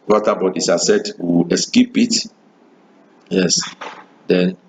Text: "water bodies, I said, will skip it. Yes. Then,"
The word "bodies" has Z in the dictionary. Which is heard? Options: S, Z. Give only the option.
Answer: S